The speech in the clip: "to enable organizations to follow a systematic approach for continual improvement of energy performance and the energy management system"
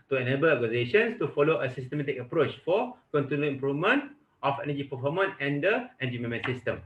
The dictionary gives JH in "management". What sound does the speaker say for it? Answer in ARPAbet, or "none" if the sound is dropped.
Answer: none